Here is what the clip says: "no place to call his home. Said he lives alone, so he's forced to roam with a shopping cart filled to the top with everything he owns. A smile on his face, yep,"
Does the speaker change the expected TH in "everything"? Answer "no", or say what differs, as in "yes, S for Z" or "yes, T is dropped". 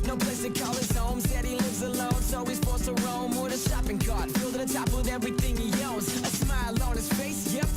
no